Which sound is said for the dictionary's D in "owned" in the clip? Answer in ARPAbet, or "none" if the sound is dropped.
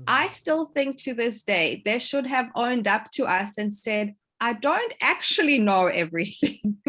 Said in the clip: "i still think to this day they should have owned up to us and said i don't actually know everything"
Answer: D